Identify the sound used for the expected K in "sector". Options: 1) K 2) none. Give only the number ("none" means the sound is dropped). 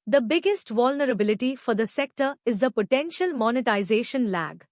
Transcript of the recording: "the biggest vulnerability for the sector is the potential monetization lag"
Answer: 1